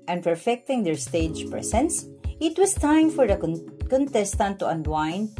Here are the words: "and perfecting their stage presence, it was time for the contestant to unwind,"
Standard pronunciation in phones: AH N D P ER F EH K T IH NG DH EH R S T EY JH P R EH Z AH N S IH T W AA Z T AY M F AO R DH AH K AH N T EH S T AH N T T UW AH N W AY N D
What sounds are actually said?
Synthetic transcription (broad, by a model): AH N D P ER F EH K T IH NG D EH R S T EY JH P R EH S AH N S IH T W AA S T AY M F AO R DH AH K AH N T EH S T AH N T T UW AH N W AY N